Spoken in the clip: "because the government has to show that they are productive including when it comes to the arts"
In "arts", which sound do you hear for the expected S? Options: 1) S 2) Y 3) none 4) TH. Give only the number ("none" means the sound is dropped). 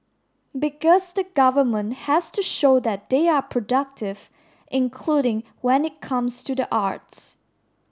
1